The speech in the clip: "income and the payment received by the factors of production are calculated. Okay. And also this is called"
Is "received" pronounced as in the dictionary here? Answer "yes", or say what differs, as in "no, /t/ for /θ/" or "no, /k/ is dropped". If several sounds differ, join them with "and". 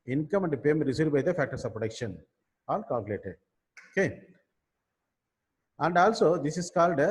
no, /v/ is dropped